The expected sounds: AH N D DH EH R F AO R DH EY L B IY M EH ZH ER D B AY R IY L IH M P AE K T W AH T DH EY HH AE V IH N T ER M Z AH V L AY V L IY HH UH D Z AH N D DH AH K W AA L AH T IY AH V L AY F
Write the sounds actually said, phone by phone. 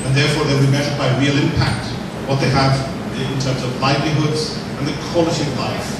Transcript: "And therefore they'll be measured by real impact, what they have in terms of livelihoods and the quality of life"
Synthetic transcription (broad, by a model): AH N DH EH R F AO R DH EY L B IY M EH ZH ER D B AY R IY L IH M P AE K T W AH T DH EY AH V IH N T ER M Z AH V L AY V L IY HH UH D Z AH N DH AH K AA L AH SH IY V L AY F